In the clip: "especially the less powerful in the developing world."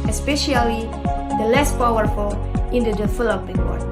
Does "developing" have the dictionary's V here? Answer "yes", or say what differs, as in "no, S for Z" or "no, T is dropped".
no, F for V